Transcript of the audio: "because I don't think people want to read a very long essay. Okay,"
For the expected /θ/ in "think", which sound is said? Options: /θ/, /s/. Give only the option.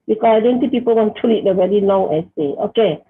/s/